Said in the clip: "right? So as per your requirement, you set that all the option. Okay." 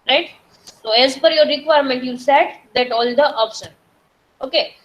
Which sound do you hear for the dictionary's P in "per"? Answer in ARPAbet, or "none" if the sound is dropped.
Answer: F